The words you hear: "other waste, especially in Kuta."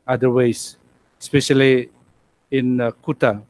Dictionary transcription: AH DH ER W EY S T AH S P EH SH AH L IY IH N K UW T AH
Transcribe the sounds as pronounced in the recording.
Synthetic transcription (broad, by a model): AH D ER W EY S AH S P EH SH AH L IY IH N K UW T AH